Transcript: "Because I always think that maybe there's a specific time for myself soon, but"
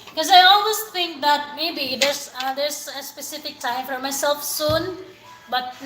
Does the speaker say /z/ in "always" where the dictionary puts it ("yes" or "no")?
no